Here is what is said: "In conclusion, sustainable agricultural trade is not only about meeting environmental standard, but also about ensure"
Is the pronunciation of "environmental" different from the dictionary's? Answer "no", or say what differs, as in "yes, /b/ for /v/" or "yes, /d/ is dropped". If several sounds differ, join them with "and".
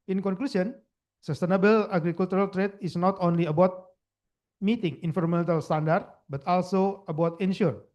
yes, /f/ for /v/